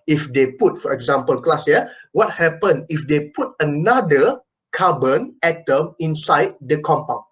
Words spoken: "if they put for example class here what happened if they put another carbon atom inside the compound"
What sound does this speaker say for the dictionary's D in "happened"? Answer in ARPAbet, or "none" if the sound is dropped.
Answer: none